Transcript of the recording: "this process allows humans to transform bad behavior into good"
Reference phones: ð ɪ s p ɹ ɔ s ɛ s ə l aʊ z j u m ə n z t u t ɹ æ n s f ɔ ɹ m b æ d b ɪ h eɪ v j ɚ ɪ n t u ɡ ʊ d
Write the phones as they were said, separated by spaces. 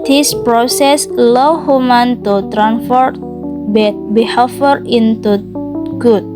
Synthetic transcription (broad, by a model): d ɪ s p ɹ ɔ s ɛ s l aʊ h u m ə n t u t ɹ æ n f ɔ ɹ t b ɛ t b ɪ h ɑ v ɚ ɪ n t u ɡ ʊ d